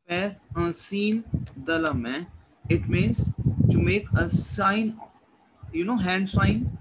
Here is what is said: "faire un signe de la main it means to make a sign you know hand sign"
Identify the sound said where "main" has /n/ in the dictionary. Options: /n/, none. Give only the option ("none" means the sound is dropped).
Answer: none